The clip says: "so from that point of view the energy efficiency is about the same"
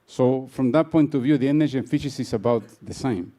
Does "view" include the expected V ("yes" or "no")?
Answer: yes